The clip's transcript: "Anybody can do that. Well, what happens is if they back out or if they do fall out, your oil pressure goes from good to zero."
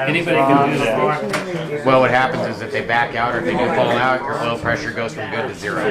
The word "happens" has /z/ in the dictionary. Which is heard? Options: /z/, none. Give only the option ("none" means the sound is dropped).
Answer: /z/